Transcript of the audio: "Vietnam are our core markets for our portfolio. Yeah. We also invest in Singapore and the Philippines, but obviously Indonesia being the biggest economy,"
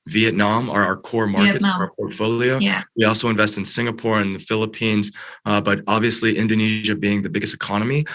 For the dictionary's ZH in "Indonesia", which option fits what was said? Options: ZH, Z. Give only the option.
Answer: ZH